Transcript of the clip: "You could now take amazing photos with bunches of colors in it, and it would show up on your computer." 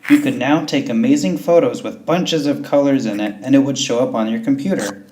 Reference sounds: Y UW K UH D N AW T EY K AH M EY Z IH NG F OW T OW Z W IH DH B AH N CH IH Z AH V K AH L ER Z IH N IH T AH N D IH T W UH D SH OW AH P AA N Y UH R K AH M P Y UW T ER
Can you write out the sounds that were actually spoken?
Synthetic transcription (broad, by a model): Y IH K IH D N AW T EY K AH M EY Z IH NG F OW T OW Z W IH DH B AH N CH IH Z AH V K AH L ER Z IH N IH T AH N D IH T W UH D SH OW AH P N Y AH R K M P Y UW T ER